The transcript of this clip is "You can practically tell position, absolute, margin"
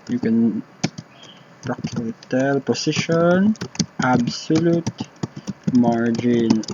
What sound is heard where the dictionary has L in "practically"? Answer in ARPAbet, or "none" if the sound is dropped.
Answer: none